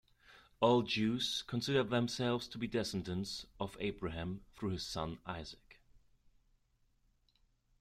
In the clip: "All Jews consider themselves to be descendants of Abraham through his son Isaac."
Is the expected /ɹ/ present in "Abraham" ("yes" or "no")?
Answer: yes